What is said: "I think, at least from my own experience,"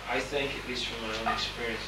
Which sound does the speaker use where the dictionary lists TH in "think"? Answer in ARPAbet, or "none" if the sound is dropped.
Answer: TH